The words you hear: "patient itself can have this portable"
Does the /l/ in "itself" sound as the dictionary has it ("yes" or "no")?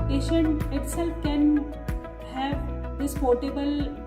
yes